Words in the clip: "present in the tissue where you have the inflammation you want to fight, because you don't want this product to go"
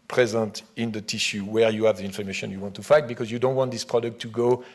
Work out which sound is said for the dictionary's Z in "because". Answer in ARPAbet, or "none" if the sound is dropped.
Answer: Z